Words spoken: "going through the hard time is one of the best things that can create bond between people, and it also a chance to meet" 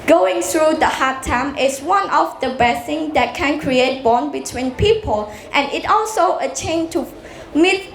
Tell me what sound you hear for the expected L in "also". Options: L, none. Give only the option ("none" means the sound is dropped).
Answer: L